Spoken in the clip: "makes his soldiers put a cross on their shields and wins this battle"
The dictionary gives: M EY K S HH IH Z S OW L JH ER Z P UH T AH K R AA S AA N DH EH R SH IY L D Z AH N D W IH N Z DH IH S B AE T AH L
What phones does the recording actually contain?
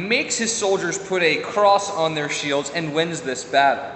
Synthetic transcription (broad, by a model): M EY K S HH IH Z S OW L JH ER Z P UH T AH K R AA S N DH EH R SH IY L D Z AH N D W IH N Z DH IH S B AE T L